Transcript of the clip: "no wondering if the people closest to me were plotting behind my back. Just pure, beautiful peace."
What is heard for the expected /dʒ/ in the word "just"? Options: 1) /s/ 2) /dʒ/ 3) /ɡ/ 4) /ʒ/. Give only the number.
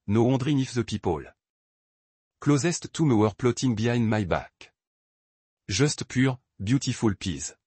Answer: 4